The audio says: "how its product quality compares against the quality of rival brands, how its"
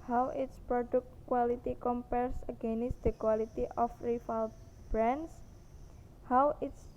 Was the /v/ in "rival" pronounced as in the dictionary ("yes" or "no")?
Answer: no